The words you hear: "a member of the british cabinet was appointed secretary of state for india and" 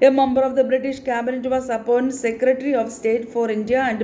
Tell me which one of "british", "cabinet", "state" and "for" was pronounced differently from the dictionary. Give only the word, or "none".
none